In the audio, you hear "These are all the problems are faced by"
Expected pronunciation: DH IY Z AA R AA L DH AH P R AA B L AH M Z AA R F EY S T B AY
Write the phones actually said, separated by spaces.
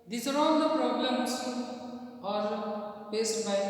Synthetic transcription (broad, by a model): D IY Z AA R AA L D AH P R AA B L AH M S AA R P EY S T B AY